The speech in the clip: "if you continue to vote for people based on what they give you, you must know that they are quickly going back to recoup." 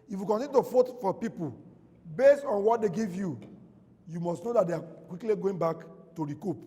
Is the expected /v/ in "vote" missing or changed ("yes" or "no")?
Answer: yes